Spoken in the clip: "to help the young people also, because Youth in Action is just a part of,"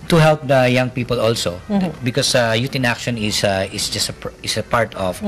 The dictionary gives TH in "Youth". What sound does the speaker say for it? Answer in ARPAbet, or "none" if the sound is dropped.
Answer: T